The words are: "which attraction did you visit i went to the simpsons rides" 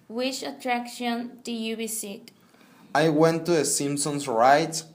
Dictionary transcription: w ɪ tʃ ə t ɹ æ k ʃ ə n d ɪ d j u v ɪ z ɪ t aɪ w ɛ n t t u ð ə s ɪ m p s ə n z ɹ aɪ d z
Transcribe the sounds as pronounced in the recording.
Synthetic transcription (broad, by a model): w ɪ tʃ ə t ɹ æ k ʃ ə n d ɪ j u b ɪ s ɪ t aɪ w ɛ n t t u ð ə s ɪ m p s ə n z ɹ aɪ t